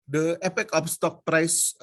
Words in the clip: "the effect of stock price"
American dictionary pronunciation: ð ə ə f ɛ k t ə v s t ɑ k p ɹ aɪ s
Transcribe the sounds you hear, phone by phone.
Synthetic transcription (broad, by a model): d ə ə p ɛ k ə f s t ɑ k p ɹ aɪ s